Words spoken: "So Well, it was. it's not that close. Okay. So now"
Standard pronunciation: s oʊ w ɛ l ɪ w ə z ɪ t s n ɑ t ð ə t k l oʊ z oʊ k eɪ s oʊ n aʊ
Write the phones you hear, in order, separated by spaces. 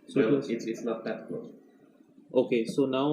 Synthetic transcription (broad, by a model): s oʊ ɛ ɪ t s ɪ t s l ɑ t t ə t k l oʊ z oʊ k eɪ s oʊ n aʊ